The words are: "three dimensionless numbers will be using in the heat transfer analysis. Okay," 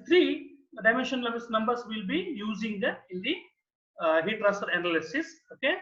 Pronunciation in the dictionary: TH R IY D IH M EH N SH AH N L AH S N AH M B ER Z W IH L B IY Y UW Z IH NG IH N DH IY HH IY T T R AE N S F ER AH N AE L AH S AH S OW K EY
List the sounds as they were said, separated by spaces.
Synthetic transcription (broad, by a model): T R IY D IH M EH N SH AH N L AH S N AH M B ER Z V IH L B IY Y UW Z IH NG IH N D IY HH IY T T R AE S ER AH N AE L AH S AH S OW K EY